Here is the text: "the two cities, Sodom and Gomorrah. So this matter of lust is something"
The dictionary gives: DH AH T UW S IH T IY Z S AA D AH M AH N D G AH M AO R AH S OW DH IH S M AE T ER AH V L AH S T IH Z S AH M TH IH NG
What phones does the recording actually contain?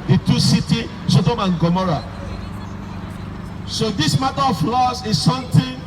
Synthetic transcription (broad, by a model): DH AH T UW S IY T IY S AA D AH M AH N G AH M AO R AH S OW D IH S M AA T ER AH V L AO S IH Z S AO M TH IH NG